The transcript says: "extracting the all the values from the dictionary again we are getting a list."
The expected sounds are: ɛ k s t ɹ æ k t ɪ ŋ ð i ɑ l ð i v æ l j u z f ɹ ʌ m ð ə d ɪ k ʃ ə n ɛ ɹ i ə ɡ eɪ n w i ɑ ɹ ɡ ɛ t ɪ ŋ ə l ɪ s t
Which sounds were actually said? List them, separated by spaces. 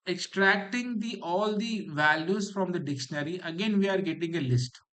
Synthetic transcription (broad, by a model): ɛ k s t ɹ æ k t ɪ ŋ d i ɑ l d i v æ l j u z f ɹ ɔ m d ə d ɪ k ʃ ə n ɛ ɹ i ə ɡ eɪ n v i ɑ ɹ ɡ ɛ t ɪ ŋ ə l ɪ s t